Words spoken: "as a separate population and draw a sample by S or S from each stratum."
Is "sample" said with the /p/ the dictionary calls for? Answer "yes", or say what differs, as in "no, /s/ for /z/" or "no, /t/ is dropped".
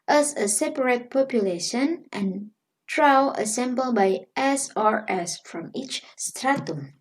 no, /b/ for /p/